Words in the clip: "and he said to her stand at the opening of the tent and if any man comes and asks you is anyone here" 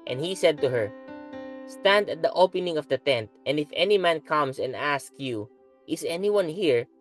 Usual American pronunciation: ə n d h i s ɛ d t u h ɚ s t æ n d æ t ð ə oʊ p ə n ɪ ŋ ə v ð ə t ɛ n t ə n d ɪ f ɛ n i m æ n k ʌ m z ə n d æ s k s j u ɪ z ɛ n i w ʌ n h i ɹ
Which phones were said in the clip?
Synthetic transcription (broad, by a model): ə n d h i s ɛ d t u h ɚ s t æ n d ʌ t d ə oʊ p ə n ɪ ŋ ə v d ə t ɛ n t ə n d ɪ f ɛ n i m æ n k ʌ m s ə n d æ s k j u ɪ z ɛ n i w ʌ n h i ɹ